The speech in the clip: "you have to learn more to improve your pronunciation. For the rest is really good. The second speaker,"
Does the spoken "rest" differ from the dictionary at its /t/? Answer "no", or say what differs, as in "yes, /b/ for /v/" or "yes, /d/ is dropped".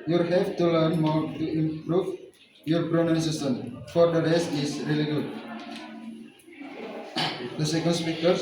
yes, /t/ is dropped